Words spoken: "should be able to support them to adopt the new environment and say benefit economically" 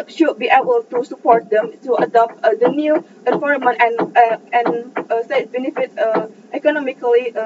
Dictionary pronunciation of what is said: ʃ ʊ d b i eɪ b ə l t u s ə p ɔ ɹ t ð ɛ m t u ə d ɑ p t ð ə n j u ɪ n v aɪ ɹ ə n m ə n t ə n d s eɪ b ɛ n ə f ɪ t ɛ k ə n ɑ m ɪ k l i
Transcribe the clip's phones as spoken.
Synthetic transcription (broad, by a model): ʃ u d b i eɪ b ə l t u s ə p ɔ ɹ t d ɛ m t u ə d ɑ p t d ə n j u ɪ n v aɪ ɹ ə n ə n ə n s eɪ b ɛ n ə f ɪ t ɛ k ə n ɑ m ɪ k l i